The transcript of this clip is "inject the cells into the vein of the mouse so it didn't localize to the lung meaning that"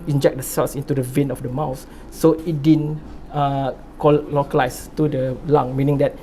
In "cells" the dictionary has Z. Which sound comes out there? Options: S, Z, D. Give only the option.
S